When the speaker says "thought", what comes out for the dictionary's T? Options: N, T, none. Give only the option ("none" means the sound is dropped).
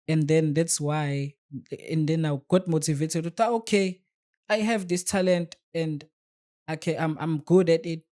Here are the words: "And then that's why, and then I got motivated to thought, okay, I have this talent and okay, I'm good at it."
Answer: none